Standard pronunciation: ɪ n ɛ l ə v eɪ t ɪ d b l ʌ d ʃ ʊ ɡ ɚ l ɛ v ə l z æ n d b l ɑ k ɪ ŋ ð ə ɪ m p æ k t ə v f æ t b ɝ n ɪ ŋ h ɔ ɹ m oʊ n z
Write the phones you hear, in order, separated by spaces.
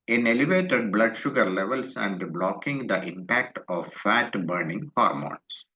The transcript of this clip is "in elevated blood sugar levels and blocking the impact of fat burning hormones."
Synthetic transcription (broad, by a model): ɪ n ɛ l ə v eɪ t ɪ d b l ʌ d ʃ ʊ ɡ ɚ l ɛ v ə l s æ n d b l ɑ k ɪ ŋ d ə ɪ m p æ k t ə v f æ t b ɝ n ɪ ŋ h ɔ ɹ m oʊ n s